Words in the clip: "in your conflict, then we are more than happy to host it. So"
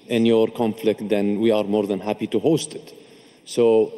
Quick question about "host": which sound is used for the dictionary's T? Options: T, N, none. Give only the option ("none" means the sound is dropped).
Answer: T